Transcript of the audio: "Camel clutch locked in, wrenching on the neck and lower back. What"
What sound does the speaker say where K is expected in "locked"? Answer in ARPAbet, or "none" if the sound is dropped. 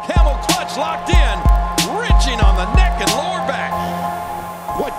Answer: K